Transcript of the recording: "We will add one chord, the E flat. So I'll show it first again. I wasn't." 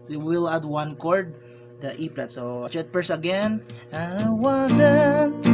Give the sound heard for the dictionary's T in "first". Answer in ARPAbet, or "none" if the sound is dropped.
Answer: none